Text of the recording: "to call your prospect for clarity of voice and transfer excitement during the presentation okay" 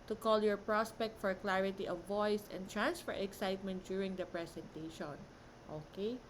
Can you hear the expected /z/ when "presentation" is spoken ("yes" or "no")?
no